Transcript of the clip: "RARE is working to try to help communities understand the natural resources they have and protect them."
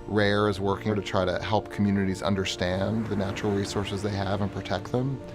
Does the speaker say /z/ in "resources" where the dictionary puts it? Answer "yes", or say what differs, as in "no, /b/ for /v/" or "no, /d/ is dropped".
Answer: yes